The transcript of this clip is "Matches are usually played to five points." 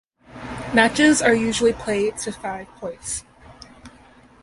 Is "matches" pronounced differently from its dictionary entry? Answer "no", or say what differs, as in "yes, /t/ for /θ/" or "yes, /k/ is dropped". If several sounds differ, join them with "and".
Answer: no